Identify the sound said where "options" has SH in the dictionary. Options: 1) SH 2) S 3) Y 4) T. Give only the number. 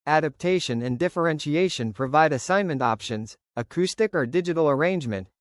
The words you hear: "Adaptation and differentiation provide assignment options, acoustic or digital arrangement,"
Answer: 1